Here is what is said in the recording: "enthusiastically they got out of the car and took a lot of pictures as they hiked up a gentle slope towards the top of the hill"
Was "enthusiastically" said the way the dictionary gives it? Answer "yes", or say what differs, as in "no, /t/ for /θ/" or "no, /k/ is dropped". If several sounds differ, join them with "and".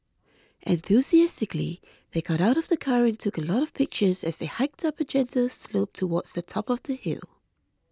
yes